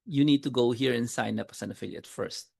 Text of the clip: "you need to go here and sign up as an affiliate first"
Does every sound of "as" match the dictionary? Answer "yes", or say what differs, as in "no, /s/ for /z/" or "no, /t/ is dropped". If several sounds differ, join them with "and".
no, /s/ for /z/